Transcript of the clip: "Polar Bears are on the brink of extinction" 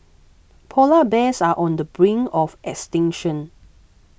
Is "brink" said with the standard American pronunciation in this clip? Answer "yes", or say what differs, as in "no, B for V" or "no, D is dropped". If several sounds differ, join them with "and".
no, K is dropped